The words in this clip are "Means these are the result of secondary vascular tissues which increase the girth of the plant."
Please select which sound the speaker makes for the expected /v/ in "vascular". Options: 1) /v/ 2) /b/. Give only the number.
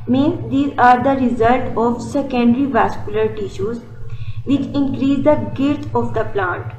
1